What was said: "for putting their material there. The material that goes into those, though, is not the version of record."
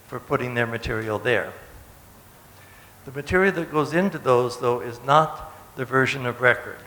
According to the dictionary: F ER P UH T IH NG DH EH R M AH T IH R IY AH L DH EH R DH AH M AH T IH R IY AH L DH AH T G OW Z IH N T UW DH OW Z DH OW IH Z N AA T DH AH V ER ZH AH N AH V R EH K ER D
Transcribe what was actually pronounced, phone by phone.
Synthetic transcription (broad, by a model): F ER P UH T IH NG DH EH R M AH T IH R IY L DH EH R DH AH M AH T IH R IY L DH AH T G OW Z IH N T UW DH OW Z DH OW IH Z N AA T DH AH V ER ZH AH N AH V R EH K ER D